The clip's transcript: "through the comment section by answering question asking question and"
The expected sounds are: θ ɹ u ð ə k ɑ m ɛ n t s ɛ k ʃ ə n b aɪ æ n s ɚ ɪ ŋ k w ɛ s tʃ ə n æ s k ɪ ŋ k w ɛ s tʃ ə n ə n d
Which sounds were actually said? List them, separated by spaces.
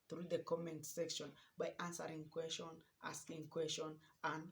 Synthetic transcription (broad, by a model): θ ɹ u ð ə k ɑ m ɛ n t s ɛ k ʃ ə n b aɪ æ n s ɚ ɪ ŋ k w ɛ s tʃ ə n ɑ s k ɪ ŋ k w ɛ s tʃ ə n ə n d